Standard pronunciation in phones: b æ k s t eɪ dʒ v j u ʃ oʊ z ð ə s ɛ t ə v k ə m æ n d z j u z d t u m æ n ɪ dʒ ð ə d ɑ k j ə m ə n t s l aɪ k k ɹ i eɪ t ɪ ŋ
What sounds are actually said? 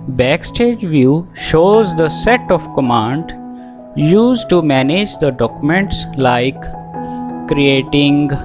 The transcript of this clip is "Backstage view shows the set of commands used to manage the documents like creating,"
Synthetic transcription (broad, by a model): b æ k s t eɪ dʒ v j u ʃ oʊ z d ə s ɛ t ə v k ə m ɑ n d j u z d t u m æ n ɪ dʒ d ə d ɑ k j ə m ə n t s l aɪ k k ɹ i eɪ t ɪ ŋ